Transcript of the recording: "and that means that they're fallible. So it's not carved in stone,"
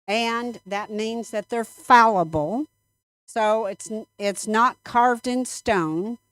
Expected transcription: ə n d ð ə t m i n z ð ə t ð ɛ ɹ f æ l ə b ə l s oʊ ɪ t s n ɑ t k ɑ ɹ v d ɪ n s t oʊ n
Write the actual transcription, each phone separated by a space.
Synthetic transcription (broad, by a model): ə n ð ə t m i n z ð ə t ð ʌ ɹ f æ l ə b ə l s oʊ ɪ t s n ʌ t k ɑ ɹ v d ɪ n s t oʊ n